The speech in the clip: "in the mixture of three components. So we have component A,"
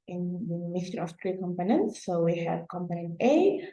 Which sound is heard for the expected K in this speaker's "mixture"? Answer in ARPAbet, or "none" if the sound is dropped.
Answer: none